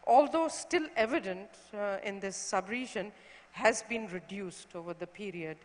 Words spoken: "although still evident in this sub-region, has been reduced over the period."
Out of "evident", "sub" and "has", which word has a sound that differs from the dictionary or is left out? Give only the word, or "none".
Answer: none